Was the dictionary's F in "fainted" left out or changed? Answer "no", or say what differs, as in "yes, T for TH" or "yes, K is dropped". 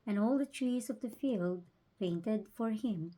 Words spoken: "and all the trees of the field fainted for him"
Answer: yes, P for F